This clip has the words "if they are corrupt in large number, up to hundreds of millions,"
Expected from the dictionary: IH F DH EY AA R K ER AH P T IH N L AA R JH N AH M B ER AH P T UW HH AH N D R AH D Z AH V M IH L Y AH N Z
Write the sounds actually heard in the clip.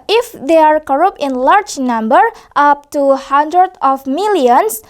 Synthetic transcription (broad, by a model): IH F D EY AA R K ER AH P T IH N L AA R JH N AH M B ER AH P T UW HH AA N D R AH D AH F M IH L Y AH N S